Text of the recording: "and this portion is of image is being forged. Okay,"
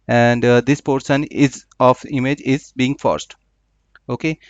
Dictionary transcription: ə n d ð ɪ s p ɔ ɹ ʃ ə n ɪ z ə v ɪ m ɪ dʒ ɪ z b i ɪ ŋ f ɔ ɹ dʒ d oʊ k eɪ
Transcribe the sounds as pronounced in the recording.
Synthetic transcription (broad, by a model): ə n d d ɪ s p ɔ ɹ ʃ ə n ɪ z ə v ɪ m ɪ dʒ ɪ z b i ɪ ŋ f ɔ ɹ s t oʊ k eɪ